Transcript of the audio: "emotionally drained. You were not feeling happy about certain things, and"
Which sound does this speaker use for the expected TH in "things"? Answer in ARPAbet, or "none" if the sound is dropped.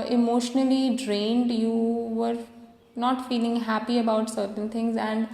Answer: T